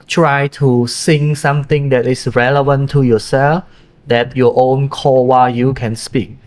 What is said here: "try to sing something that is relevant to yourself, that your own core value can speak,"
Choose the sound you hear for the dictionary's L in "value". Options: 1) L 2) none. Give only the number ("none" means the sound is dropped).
2